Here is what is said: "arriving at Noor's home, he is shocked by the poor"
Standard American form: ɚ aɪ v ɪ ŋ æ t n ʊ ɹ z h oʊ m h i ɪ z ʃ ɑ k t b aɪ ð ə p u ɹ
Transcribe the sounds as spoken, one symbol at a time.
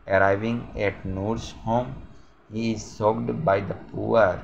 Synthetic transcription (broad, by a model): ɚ aɪ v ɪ ŋ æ t n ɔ ɹ s h oʊ m h i ɪ z s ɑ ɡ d b aɪ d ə p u ɹ